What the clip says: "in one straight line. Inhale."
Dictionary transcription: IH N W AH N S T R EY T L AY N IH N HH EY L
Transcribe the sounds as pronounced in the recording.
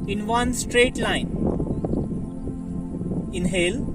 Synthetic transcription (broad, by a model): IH N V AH N S T R EY T L AY N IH N HH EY L